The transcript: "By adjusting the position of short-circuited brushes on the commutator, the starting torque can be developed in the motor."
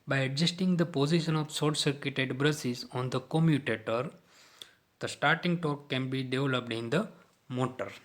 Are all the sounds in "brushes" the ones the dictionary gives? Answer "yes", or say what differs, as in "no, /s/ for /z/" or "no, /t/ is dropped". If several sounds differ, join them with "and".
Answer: no, /s/ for /ʃ/